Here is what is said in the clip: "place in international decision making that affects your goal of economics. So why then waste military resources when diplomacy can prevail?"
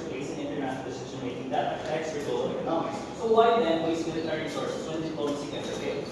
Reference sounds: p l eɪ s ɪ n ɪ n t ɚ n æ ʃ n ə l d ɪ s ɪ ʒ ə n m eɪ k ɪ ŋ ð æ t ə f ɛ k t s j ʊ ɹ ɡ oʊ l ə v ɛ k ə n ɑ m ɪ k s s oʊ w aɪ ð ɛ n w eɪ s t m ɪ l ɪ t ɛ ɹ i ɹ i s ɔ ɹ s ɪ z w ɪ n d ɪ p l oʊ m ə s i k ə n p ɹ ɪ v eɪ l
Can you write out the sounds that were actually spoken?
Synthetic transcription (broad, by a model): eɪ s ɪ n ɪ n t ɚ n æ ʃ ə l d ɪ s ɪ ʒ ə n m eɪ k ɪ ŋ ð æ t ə ɛ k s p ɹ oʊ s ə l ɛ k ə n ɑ m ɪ k s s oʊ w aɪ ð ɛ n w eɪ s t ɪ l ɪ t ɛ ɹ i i s ɔ ɹ s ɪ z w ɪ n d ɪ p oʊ ə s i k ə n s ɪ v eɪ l